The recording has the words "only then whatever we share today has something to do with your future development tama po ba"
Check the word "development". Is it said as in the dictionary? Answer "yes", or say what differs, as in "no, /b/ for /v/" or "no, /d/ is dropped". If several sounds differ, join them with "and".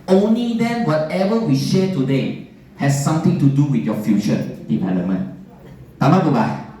no, /v/ is dropped and /p/ is dropped